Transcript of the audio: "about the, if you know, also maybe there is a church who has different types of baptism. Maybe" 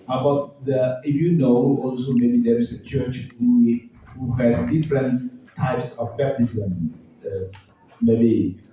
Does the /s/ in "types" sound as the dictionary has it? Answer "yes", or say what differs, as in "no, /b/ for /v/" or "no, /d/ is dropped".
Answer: yes